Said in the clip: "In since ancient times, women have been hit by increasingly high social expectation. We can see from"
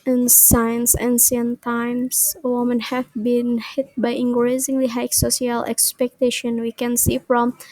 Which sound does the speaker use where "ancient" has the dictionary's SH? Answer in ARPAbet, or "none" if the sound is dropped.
S